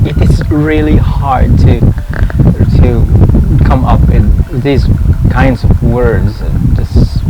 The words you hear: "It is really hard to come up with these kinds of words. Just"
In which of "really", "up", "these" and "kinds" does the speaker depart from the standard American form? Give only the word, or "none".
none